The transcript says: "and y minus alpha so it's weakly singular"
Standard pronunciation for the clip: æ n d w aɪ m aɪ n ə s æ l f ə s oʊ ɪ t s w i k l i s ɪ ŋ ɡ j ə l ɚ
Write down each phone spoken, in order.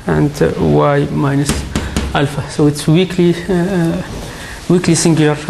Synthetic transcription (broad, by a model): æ n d w aɪ m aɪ n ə s æ l f ə s oʊ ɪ t s w i k l i s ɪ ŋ ɡ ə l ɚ